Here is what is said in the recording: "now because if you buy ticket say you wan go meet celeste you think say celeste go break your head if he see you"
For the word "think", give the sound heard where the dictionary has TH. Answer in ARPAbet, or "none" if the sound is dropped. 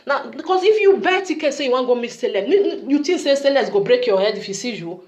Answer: T